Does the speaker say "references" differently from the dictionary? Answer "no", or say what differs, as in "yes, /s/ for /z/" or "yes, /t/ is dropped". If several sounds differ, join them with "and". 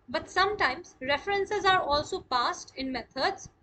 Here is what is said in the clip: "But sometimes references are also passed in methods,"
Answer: no